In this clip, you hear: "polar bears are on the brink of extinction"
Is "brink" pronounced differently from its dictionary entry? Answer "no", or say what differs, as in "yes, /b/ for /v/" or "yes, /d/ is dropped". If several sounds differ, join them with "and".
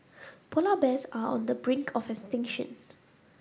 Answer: no